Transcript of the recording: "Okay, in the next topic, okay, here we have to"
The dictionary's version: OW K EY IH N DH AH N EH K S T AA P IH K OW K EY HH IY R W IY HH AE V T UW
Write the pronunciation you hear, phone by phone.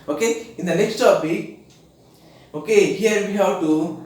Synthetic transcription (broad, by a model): OW K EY IH N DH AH N EH K S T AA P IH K OW K EY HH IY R W IY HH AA W T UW